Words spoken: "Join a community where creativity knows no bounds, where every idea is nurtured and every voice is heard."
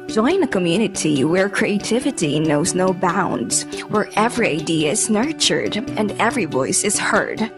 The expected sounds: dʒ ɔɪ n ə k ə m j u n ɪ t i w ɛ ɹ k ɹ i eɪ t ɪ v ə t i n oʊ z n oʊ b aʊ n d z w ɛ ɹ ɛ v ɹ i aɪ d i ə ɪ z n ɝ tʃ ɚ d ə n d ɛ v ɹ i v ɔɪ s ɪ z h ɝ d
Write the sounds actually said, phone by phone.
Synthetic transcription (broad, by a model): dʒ ɔɪ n ə k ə m j u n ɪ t i w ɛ ɹ k ɹ i eɪ t ɪ v ə t i n oʊ z n oʊ b aʊ n d z w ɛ ɹ ɛ v ɹ i aɪ d i ə ɪ z n ɝ tʃ ɚ d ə n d ɛ v ɹ i v ɔɪ s ɪ z h ɝ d